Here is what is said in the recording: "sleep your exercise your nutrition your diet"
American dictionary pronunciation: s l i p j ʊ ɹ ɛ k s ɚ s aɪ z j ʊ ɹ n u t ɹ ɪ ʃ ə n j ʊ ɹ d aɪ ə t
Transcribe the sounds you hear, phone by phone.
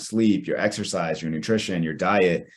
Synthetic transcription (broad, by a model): s l i p j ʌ ɹ ɛ k s ɚ s aɪ z j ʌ ɹ n u t ɹ ɪ ʃ ə n j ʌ ɹ d aɪ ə t